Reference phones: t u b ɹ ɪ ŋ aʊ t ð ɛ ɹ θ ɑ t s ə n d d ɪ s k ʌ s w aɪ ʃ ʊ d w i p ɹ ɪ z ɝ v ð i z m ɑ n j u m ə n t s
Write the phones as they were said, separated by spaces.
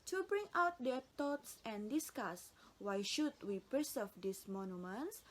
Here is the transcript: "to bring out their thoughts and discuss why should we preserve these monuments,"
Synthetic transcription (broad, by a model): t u b ɹ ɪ ŋ aʊ t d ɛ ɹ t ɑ t s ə n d d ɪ s k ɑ s w aɪ ʃ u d w i p ɪ s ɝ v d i s m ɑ n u m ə n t s